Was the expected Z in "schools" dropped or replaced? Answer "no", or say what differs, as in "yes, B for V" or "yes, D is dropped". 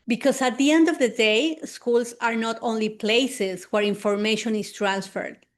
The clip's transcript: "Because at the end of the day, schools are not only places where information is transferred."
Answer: yes, S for Z